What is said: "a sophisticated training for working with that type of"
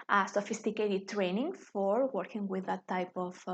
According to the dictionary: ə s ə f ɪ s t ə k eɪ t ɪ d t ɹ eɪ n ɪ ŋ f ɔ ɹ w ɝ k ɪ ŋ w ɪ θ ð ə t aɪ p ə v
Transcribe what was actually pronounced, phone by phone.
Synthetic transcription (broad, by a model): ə s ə f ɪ s t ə k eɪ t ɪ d t ɹ eɪ n ɪ ŋ f ɔ ɹ w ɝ k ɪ ŋ w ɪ ð ə t aɪ p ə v